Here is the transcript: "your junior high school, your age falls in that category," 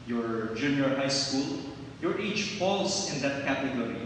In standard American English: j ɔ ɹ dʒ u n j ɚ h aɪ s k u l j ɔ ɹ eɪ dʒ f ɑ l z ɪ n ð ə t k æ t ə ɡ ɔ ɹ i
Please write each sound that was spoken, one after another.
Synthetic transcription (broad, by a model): j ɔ ɹ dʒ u n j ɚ h aɪ s k u l j ɔ ɹ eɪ tʃ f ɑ l s ɪ n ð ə t k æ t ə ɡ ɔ ɹ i